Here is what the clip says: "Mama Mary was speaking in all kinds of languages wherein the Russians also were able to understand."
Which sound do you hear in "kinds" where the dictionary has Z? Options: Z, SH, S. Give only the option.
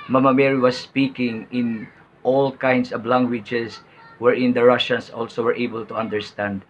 S